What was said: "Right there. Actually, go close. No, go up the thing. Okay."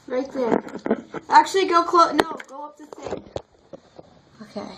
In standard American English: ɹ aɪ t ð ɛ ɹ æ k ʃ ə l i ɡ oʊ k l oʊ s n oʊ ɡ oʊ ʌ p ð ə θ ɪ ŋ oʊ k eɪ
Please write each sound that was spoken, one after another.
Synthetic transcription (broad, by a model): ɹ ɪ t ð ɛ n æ k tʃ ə l i ɡ oʊ k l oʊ n oʊ ɡ oʊ ʌ p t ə s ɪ oʊ k eɪ